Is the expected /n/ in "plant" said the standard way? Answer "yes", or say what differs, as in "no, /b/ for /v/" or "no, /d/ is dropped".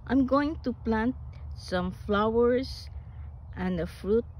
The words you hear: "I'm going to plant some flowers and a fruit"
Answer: yes